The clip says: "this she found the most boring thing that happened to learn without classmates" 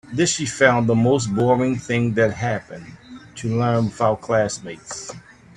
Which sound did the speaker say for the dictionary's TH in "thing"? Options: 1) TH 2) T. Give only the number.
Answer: 1